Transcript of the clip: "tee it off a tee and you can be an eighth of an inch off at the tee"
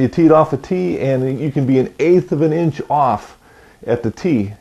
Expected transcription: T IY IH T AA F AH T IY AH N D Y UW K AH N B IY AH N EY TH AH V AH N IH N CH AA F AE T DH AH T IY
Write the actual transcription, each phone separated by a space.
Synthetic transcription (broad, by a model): T IY IH T AA F AH T IY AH N Y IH K AH N B IY AH N EY TH AH V AH N IH N CH AA F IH T DH AH T IY